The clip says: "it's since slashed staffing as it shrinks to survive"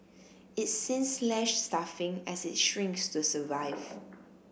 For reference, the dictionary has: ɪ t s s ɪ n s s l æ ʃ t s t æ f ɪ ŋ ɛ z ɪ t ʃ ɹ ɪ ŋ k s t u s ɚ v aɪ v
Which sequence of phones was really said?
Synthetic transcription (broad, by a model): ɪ t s s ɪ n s s l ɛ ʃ s t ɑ f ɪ ŋ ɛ s ɪ t ʃ ɹ ɪ ŋ k s t u s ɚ v aɪ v